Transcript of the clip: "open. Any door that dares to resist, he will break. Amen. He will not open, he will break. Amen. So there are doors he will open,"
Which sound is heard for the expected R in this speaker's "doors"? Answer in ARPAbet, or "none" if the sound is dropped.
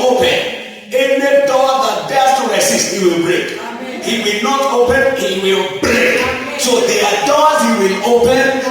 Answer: L